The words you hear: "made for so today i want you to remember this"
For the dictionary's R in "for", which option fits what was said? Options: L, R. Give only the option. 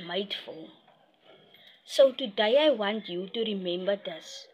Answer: L